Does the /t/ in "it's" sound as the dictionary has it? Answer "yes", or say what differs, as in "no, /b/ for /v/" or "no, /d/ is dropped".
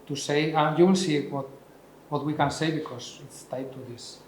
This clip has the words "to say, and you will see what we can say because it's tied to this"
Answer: yes